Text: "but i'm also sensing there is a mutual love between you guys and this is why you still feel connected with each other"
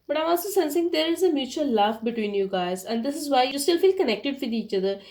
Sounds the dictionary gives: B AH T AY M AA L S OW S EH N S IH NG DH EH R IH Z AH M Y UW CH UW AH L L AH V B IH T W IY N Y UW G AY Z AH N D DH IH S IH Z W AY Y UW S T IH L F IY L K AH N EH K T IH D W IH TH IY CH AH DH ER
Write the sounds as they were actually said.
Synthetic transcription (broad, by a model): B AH T AY M AA L S OW S EH N S IH NG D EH R IH Z AH M Y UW CH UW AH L L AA F B IH T W IY N Y UW G AY Z AH N D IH S IH Z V AY Y UW S T IH L F IY L K AH N EH K T IH D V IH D IY CH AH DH ER